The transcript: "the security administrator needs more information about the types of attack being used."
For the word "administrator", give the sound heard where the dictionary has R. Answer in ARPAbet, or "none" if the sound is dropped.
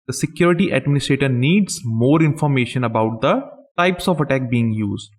R